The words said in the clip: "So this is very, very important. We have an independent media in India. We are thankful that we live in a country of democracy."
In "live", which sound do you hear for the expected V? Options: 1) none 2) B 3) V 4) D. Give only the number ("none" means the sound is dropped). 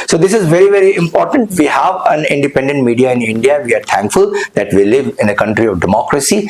3